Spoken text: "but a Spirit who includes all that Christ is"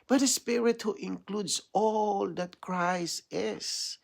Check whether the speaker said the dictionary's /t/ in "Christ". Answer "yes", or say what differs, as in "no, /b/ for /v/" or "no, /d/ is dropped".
no, /t/ is dropped